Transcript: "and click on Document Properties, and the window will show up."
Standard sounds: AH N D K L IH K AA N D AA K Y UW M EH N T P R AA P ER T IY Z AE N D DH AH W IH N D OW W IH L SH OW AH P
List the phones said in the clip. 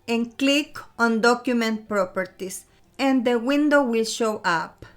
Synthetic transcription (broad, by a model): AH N K L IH K AA N D AA K Y UW M EH N T P R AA P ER T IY S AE N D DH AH W IH N D OW W IH L SH OW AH P